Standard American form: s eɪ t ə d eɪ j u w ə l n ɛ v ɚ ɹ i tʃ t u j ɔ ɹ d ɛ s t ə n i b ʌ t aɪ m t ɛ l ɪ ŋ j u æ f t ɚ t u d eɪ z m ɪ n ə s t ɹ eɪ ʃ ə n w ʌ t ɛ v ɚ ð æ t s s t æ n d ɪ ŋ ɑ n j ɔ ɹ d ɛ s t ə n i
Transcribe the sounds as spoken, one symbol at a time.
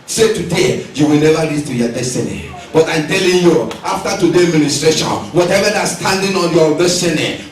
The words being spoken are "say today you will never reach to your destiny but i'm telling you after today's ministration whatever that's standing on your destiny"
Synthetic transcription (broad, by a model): s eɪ t ə d eɪ j u w ə l n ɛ v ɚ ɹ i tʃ t u j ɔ d ɛ s t ə n i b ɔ t aɪ m t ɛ l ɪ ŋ j u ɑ f t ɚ t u d eɪ m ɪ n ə s t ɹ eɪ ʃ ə n w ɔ t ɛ v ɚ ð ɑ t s s t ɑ n d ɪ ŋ ɑ n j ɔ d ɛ s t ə n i